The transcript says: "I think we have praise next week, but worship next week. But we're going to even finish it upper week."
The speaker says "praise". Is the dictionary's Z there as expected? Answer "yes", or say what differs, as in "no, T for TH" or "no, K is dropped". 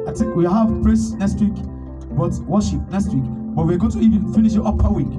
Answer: no, S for Z